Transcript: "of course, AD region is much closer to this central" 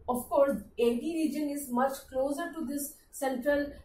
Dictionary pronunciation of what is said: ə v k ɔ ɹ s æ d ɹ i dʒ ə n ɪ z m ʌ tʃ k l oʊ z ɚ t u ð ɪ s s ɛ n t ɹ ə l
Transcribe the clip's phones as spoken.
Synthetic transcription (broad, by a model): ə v k ɔ ɹ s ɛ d ɹ i dʒ ə n ɪ z m ʌ tʃ k l oʊ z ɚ t u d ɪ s s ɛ n t ɹ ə l